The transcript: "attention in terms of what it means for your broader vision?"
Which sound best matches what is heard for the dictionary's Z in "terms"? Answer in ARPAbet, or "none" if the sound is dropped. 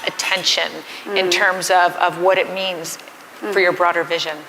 Z